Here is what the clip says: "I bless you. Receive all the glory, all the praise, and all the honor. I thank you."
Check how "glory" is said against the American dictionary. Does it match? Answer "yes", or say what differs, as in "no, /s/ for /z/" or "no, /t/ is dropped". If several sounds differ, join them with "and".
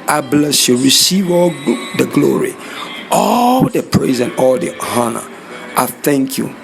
yes